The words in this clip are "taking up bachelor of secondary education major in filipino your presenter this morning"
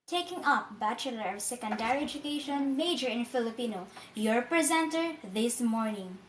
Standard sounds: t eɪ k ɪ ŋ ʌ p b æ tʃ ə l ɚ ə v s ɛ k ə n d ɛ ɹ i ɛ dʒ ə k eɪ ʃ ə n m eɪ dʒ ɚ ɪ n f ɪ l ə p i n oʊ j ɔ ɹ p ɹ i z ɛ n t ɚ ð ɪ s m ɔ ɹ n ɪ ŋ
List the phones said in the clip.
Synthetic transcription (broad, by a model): t eɪ k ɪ ŋ ʌ p b æ tʃ ə l ɚ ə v s ɛ k ə n d ɛ ɹ i ɛ dʒ ə k eɪ ʃ ə n m eɪ dʒ ɚ ɪ n f ɪ l ə p i n oʊ j ɔ ɹ p ɹ i z ɛ n t ɚ ð ɪ s m ɔ ɹ n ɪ ŋ